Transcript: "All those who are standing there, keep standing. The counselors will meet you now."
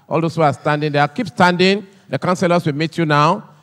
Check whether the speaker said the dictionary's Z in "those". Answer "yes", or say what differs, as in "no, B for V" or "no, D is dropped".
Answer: no, S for Z